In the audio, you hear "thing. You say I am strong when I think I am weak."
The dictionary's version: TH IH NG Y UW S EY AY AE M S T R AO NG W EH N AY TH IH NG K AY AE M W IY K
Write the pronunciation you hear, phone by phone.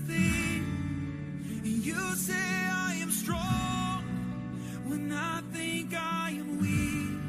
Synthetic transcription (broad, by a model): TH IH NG Y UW S EY AY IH M S T R AO NG W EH N AY TH IH NG K AY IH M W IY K